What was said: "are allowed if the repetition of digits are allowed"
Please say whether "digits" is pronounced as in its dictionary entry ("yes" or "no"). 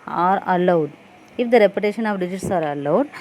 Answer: yes